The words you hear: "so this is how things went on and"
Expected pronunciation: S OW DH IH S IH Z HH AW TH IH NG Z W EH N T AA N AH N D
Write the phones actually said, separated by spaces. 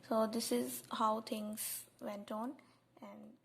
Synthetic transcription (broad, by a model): S OW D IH S IH Z HH AW T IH NG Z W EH N T AA N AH N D